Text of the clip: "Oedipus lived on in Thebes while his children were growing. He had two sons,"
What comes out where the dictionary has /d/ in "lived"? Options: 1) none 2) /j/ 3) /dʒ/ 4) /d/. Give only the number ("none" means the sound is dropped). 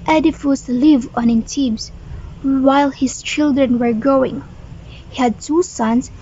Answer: 1